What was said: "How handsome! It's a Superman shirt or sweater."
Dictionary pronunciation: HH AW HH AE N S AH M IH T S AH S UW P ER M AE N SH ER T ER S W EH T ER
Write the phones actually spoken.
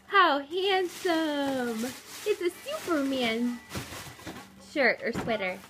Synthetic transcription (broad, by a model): HH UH HH AE N S AH M IH T S AH S UW P ER M AE N SH ER T ER S W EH T ER